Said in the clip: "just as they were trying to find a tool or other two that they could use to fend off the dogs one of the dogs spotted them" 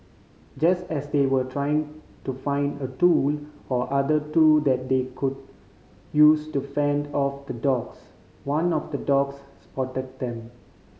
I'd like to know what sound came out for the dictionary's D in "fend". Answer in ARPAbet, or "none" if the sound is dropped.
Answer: D